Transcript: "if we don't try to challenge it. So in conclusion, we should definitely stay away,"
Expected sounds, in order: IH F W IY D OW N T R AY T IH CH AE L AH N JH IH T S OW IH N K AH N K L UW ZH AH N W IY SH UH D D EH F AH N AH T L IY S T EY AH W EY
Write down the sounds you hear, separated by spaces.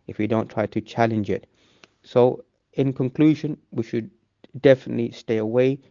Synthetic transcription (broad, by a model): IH F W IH D OW N T R AY T IH CH AE L AH N JH IH T S OW IH N K AH N K L UW ZH AH N W IY SH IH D D EH F AH N AH T L IY S T EY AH W EY